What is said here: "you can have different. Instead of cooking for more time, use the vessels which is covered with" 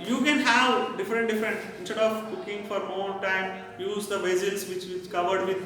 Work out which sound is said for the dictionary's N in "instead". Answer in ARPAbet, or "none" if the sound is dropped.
N